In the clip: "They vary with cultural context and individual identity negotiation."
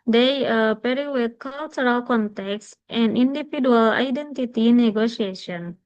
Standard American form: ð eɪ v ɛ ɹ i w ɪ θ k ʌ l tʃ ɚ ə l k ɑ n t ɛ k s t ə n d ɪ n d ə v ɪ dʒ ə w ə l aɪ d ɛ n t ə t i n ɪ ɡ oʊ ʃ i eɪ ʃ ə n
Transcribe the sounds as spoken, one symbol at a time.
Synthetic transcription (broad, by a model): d eɪ p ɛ ɹ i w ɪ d k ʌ l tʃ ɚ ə l k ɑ n t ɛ k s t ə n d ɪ n d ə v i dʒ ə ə l aɪ d ɛ n t ə t i n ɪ ɡ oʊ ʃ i eɪ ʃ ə n